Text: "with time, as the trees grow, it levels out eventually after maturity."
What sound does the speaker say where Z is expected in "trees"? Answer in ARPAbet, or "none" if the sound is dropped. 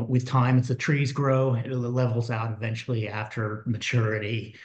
Z